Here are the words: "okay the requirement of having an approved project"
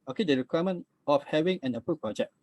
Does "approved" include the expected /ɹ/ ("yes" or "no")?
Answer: no